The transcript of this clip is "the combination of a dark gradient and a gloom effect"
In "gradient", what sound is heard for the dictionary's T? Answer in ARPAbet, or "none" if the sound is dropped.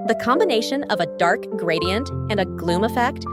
T